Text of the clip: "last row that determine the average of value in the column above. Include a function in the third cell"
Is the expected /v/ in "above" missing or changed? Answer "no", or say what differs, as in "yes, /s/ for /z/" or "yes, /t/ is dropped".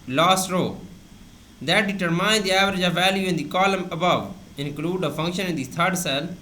no